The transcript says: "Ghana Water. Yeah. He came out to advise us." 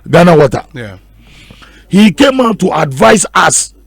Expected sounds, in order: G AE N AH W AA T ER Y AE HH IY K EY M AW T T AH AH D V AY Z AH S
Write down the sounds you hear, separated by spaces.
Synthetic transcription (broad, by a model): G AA N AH W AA T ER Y HH IY K EY M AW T T AH D V AY S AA S